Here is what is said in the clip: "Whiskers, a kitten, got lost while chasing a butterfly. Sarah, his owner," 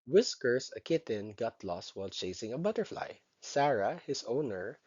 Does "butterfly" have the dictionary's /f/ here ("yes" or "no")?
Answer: yes